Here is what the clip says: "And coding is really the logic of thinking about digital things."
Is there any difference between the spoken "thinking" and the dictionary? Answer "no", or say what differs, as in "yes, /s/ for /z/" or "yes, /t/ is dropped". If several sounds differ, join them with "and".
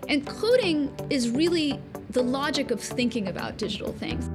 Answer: no